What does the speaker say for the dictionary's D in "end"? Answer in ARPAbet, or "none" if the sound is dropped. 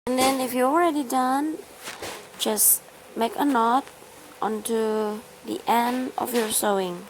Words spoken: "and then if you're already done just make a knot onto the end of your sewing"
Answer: D